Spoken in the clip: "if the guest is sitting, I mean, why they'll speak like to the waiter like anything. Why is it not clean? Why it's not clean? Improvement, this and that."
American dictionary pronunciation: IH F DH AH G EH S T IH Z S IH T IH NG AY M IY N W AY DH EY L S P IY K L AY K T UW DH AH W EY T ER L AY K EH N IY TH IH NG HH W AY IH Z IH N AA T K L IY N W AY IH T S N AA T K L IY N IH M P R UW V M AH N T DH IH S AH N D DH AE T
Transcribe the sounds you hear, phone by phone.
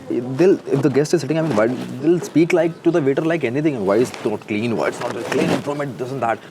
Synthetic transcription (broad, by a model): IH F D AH G EH S T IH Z S IH T IH NG AY M IY N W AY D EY L S P IY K L AY K T UW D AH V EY T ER L AY K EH N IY T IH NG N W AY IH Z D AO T K L IY N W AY IH T S N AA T K L IY N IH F R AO M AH T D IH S AH N D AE T